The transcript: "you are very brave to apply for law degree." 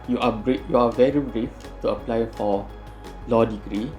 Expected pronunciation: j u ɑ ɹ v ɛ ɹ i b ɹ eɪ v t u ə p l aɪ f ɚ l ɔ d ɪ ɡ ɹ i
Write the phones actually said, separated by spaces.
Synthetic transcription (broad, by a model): j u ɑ ɹ v ɛ ɹ i b ɹ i f t u ə p l aɪ f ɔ l ɔ d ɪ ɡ ɹ i